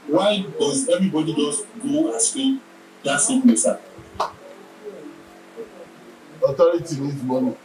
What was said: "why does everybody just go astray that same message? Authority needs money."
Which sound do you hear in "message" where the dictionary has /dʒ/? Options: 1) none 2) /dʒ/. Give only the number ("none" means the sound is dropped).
1